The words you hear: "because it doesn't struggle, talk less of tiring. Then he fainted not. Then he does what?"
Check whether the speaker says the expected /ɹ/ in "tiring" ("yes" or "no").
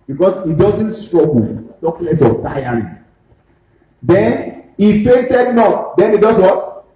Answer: no